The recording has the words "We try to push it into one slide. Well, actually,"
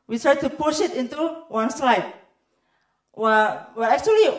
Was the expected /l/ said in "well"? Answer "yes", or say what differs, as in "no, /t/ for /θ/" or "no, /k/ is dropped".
no, /w/ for /l/